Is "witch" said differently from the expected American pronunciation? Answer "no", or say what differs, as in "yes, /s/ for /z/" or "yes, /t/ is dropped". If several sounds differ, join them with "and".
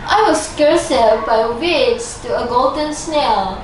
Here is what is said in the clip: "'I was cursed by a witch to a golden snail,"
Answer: yes, /s/ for /tʃ/